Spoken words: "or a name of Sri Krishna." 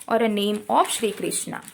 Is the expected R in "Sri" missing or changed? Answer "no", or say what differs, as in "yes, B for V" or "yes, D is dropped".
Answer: no